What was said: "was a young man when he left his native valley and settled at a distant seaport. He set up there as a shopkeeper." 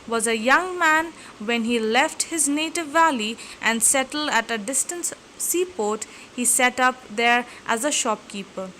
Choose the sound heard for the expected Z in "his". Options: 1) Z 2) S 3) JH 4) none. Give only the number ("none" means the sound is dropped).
1